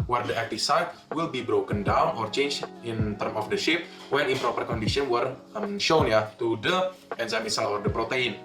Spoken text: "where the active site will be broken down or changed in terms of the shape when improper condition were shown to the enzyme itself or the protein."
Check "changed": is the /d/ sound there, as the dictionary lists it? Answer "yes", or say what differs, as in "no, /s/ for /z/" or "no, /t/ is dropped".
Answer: no, /d/ is dropped